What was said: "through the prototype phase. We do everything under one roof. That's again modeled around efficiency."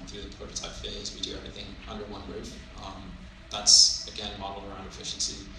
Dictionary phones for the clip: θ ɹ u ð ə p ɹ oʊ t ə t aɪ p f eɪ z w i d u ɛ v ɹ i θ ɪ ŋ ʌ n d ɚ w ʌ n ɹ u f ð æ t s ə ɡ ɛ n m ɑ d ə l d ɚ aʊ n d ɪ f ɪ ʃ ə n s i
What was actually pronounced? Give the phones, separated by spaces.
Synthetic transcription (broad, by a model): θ ɹ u ð ə p ɹ oʊ t ə t aɪ p f eɪ z w i d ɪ ɛ v ɹ i θ ɪ ŋ ʌ n d ɚ w ʌ n ɹ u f ð æ t s ə ɡ ɛ n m ɑ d l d ɚ aʊ n d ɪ f ɪ ʃ n s i